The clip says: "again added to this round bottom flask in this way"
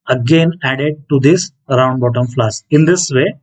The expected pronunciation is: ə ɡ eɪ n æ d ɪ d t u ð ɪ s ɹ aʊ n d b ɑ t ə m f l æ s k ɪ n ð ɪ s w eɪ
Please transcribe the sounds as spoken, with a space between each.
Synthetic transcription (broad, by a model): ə ɡ eɪ n æ d ɪ d t u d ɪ s ɹ aʊ n d b ɑ t ə m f l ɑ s ɪ n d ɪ s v eɪ